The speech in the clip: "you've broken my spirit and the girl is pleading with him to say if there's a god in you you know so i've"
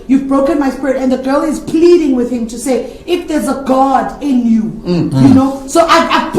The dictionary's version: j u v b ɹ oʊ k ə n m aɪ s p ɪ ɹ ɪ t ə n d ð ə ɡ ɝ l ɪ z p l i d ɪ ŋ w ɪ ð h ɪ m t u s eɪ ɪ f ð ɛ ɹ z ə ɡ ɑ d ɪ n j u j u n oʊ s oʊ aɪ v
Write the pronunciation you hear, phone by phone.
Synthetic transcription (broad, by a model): j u v b ɹ oʊ k ə n m aɪ s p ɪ ɹ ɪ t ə n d ð ə ɡ ɝ l ɪ z p l i d ɪ ŋ w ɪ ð h ɪ m t u s eɪ ɪ f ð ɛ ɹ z ə ɡ ɑ d ɪ n j u j u n oʊ s oʊ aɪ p